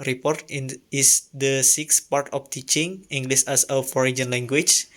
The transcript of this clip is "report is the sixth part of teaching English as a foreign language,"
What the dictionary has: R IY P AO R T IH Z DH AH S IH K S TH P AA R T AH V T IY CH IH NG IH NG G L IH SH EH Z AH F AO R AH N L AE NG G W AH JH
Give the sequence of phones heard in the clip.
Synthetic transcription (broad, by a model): R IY P AO R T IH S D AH S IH K S P AA R T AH F T IY CH IH NG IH NG G L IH S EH S AH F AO R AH N L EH NG G W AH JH